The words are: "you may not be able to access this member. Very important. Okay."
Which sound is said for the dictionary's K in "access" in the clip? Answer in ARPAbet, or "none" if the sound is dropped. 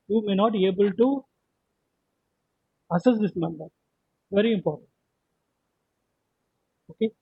none